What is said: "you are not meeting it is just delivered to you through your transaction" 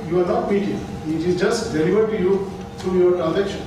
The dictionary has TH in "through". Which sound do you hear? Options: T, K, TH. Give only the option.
T